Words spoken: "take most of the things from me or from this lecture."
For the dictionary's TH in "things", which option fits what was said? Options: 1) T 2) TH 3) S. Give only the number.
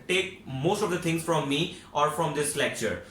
1